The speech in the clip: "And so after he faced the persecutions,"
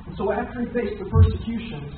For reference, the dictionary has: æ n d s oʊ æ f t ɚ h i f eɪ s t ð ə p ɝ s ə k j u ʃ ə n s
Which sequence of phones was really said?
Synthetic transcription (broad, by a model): n s oʊ æ f t ɚ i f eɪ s ð ə p ɝ s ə k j u ʃ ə n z